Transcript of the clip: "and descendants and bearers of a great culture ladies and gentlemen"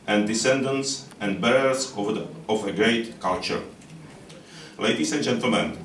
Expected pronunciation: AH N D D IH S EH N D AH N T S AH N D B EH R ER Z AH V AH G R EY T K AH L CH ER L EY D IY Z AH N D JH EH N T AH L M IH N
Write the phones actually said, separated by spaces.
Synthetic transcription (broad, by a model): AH N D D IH S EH N D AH N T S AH N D B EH R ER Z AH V AH G R EY T K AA L CH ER L EY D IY S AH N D JH EH N T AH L M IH N